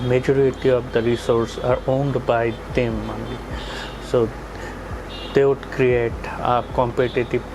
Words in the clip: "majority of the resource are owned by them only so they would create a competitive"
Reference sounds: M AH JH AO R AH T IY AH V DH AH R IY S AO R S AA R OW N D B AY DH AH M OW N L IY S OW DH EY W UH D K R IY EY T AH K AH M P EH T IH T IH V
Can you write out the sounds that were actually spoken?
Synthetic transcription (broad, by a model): M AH JH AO R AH T IY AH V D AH R IY S AO R S AA R OW N D B AY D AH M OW N IY S OW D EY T K R IY EY T AH K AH M P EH T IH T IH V